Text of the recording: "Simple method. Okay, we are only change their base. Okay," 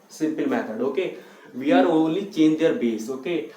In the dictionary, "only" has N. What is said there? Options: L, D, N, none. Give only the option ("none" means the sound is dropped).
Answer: none